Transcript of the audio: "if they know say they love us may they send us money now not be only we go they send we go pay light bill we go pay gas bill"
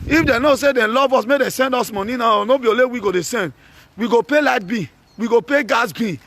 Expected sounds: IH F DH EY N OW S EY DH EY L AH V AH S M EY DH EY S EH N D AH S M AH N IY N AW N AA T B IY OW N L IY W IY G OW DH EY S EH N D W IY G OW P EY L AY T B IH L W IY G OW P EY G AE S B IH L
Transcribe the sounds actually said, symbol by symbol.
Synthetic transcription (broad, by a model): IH F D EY N OW S EY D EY L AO V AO S M EY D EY S EH N D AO S M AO N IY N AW N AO B IY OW L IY W IY G OW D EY S EH N D W IY G OW P EY L AY T B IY W IY G OW P EY G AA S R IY